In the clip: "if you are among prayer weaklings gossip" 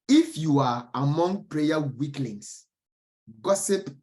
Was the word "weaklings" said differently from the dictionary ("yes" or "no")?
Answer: yes